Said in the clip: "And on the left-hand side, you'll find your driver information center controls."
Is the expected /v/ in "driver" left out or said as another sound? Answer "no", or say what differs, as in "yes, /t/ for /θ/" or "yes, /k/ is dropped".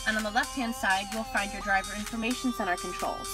no